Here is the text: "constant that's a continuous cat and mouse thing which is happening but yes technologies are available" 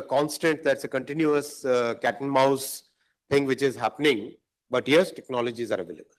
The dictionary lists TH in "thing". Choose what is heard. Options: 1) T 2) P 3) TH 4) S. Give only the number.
1